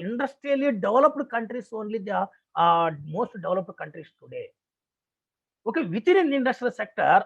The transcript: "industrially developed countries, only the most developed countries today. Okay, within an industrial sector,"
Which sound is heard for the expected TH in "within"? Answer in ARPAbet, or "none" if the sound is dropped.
T